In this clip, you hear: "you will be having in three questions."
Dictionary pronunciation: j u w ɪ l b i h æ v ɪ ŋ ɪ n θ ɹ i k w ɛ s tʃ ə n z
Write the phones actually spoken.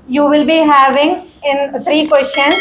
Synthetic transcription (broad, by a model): j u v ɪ l b i h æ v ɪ ŋ ɪ n t ɹ i k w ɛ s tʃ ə n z